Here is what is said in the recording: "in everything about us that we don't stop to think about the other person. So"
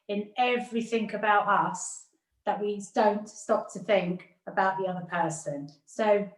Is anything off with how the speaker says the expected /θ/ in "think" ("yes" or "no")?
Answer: no